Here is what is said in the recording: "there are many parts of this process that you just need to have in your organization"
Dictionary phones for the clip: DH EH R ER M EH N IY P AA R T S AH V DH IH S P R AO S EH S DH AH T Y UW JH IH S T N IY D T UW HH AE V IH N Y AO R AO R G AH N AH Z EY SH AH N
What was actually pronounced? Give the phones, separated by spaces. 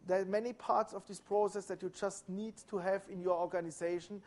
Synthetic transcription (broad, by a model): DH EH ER M EH N IY P AA R T S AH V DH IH S P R AO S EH S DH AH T Y UW JH IH S T N IY D T UW HH AE V IH N Y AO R AO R G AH N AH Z EY SH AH N